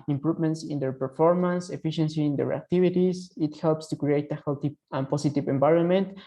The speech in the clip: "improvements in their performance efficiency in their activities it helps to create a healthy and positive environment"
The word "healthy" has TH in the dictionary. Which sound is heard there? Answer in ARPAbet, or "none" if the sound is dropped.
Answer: T